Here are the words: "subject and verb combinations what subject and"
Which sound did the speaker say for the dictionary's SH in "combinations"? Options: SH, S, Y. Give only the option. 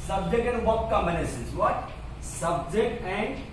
S